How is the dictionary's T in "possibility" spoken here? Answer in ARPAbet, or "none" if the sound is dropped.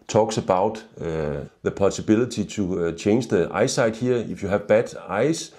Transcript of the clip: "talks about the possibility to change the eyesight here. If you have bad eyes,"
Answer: S